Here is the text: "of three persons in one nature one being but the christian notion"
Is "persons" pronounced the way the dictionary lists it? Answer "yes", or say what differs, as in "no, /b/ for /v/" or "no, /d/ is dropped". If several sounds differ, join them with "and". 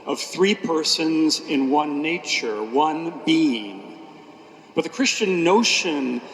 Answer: yes